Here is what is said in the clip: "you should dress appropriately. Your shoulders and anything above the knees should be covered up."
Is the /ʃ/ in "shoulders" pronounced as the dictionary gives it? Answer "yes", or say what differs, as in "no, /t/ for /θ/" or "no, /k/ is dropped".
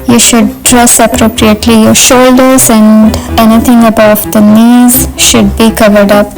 yes